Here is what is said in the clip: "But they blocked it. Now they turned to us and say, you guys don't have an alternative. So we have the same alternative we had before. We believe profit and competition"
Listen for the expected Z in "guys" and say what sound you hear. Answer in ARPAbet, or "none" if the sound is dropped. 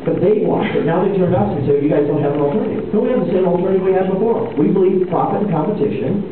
Z